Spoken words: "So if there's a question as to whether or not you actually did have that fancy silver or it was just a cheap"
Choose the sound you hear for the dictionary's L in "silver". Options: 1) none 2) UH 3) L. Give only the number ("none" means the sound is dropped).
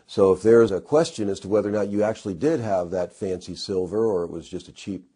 3